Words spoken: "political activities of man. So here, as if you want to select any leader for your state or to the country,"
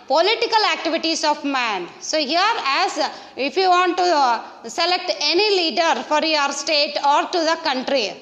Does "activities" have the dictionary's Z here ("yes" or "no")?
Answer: no